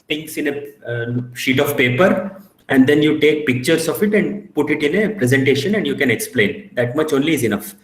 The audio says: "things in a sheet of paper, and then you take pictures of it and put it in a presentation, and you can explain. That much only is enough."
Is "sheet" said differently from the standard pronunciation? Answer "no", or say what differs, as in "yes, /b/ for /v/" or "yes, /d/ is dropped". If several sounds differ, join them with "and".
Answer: no